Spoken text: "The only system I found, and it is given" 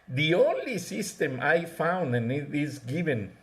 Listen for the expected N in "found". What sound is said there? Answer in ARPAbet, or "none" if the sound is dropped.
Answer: N